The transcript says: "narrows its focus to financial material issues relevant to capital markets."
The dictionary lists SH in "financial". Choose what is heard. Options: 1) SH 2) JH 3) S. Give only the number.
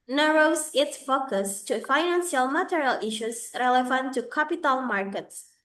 3